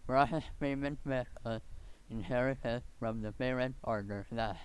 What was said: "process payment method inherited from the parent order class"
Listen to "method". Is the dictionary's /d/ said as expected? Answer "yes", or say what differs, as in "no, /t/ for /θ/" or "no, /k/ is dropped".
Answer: no, /d/ is dropped